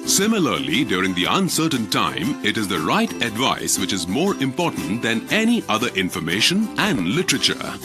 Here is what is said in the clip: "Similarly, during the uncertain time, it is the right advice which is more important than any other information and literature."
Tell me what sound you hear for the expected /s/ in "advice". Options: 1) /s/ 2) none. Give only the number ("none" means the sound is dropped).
1